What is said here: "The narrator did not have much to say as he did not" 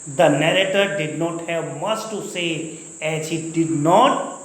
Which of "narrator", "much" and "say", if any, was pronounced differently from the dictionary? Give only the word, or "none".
much